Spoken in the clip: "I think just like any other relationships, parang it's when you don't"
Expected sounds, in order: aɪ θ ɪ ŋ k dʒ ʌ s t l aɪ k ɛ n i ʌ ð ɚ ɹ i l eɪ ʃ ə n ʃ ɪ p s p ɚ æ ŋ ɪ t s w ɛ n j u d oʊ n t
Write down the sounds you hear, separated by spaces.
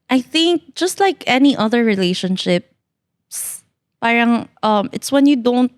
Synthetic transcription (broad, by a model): aɪ θ ɪ ŋ k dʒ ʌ s t l aɪ k ɛ n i ʌ ð ɚ ɹ i l eɪ ʃ ə n ʃ ɪ p s p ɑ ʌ ŋ ɪ t s w ɛ n j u d oʊ n t